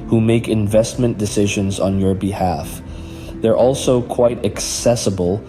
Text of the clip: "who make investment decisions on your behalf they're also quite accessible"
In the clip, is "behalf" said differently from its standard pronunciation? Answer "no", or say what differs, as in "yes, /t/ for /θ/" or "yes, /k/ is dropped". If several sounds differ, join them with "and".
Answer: no